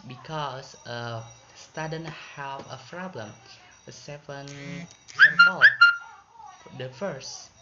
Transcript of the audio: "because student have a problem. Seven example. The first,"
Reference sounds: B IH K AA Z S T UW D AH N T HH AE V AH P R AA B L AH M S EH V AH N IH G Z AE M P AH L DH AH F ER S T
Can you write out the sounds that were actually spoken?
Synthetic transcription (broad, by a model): B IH K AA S S T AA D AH N HH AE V AH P R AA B L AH M S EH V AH N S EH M AH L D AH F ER S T